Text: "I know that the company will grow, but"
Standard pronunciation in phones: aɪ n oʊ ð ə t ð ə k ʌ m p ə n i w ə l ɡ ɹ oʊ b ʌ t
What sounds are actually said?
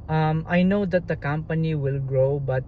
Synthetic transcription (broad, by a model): aɪ n oʊ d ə t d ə k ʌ m p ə n i w ə l ɡ ɹ oʊ b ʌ t